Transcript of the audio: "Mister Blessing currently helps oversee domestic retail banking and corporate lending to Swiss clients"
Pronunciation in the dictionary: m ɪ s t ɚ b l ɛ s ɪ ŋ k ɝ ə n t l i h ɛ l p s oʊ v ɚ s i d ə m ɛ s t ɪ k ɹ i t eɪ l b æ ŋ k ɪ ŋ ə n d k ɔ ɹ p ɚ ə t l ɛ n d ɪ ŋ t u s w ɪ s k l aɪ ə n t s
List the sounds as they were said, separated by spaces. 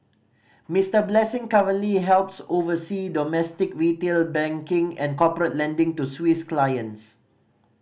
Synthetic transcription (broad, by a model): m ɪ s t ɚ b l ɛ s ɪ ŋ k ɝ ə n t l i h ɛ l p s oʊ v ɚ s i d ə m ɛ s t ɪ k ɹ i t eɪ l b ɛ ŋ k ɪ ŋ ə n k ɔ p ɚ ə t l ɛ n d ɪ ŋ t u s w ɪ s k l aɪ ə n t s